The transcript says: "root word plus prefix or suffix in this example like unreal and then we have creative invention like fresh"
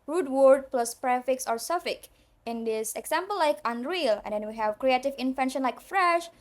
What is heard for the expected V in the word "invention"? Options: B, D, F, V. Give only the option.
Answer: F